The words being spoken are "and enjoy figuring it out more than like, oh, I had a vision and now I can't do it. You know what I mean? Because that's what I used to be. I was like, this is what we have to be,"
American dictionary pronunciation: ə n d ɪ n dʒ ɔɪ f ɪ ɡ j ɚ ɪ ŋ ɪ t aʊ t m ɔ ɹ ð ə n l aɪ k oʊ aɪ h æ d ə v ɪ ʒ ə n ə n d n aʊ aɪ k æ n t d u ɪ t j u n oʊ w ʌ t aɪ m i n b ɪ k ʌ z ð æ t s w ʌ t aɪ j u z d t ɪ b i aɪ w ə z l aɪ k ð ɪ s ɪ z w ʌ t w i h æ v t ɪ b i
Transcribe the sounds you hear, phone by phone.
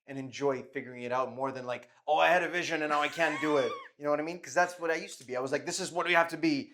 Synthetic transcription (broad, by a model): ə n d ɪ n dʒ ɔɪ f ɪ ɡ j ɚ ɪ ŋ ɪ t aʊ t m ɔ ɹ ð ə n l aɪ k oʊ aɪ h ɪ d ə v ɪ ʒ ə n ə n n aʊ aɪ k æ n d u ɪ t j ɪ n oʊ w ʌ t aɪ m i n k ʌ z ð æ t s w ʌ t aɪ j u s t ɪ b i aɪ w ə z l aɪ k ð ɪ s ɪ z w ʌ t w i h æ f t ɪ b i